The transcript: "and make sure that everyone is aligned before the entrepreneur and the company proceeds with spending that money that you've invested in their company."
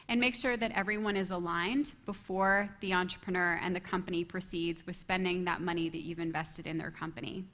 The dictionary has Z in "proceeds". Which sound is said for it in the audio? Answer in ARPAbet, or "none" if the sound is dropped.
Z